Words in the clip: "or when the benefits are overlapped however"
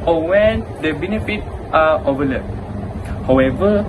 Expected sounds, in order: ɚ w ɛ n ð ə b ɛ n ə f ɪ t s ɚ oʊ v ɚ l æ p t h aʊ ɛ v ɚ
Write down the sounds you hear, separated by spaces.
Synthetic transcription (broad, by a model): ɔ w ɛ n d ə b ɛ n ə f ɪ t ɚ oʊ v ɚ l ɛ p h aʊ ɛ v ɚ